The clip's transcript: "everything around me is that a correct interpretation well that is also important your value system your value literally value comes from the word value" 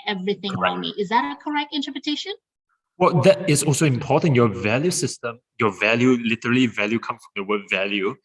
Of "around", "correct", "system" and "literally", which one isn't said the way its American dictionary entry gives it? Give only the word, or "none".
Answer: none